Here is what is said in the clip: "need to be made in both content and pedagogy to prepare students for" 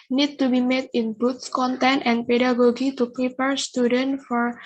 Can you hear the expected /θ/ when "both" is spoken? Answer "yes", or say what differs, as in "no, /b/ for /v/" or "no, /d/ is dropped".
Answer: no, /s/ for /θ/